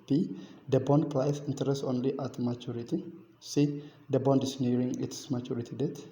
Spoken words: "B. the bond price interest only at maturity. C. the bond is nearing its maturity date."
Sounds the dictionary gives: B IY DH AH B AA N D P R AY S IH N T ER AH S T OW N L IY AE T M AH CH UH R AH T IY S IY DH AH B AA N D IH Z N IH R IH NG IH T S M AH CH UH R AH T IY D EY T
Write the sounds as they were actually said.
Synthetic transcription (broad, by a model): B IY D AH B AA N D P L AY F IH N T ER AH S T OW N L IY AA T M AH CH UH R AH T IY S IY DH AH B AA N D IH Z N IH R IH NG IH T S M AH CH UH R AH T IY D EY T